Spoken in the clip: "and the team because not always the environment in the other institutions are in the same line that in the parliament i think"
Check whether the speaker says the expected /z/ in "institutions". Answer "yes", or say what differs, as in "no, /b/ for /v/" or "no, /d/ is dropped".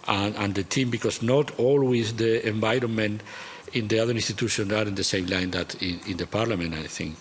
no, /z/ is dropped